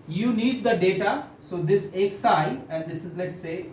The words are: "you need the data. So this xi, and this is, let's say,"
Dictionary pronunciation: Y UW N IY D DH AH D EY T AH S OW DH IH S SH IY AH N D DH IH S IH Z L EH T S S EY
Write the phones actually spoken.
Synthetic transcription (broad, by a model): Y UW N IY D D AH D EY T AH S OW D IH S S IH AH N D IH S IH Z L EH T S S EY